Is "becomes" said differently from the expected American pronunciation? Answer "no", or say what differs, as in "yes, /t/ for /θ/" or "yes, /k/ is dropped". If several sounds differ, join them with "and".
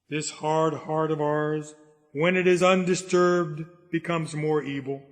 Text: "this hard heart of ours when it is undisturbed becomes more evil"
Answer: no